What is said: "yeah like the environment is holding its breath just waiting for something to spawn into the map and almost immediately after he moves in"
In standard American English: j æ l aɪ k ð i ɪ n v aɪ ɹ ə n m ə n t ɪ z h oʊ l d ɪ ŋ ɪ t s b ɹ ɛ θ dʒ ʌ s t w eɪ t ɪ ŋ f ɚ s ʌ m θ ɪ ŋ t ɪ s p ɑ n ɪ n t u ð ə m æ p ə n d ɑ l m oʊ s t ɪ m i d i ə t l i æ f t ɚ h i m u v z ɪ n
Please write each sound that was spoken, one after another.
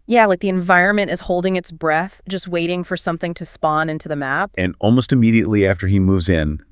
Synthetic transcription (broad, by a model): j æ l aɪ k ð i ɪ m v aɪ ɹ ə n m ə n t ɪ z h oʊ l d ɪ ŋ ɪ t s b ɹ ɛ θ dʒ ʌ s t w eɪ t ɪ ŋ f ɚ s ʌ m θ ɪ ŋ t ɪ s p ɑ n ɪ n t u ð ə m æ p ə n ɑ l m oʊ s t ɪ m i d i ə t l i æ f t ɚ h i m u v z ɪ n